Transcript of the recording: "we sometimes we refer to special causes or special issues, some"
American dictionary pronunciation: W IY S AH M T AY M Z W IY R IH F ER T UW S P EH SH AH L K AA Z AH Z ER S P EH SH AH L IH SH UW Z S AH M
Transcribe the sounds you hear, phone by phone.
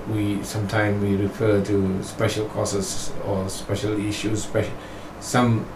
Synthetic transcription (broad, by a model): W IY S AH M T AY M W IY R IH F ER T UW S P EH SH AH L K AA S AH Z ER S P EH SH AH L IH SH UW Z S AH M